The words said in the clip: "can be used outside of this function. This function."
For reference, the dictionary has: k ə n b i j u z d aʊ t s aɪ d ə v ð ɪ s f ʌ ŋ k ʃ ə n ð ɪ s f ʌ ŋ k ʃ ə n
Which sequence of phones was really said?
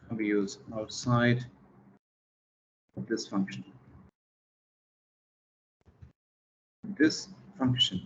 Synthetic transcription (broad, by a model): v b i j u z aʊ t s aɪ d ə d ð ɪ s f ʌ ŋ k ʃ ə n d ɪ s f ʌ ŋ k ʃ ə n